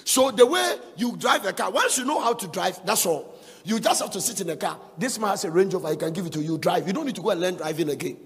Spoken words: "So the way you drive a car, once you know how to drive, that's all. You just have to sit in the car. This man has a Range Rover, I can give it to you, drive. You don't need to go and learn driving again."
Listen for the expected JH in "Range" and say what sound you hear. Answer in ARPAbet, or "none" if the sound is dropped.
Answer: JH